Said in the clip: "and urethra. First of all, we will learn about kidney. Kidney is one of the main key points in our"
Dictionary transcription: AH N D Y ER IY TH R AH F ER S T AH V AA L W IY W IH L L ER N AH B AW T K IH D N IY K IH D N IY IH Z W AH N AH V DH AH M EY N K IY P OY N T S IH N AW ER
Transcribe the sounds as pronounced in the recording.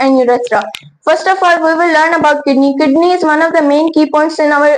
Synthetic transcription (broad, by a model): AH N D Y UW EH S R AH F ER S T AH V AA L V IY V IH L L ER N AH B AW T K IH D N IY K IH D N IY IH Z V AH N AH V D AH M EY N K IY P OY N T S IH N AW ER